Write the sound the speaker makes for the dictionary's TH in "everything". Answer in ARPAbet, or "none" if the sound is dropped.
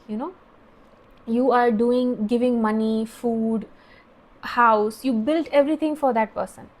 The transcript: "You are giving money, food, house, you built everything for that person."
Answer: T